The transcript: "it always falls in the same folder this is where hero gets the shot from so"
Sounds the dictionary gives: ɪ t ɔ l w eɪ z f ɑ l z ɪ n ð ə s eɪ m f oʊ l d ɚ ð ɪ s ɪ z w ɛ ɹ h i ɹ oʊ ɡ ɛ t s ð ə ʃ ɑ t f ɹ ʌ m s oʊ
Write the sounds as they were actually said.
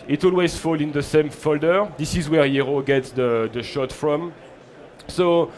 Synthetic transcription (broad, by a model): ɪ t ɔ l w eɪ z f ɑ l ɪ n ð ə s eɪ m f oʊ l d ɚ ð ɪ s ɪ z w ɛ ɹ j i ɹ oʊ ɡ ɛ t s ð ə ʃ ɑ t f ɹ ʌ m s oʊ